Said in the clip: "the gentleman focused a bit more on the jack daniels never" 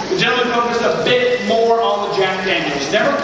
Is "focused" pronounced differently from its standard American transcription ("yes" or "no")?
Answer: yes